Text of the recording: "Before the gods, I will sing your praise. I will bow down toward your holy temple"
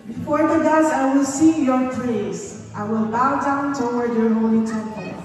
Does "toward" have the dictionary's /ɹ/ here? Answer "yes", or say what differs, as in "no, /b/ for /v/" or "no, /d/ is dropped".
no, /w/ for /ɹ/